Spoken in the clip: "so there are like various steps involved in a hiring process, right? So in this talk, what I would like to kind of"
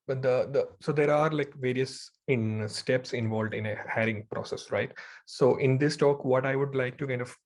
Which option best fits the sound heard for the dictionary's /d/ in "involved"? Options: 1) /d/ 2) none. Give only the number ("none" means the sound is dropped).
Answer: 1